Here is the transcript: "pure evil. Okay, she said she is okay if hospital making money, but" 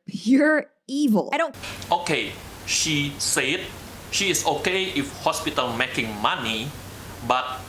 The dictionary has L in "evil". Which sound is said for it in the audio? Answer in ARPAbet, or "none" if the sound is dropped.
N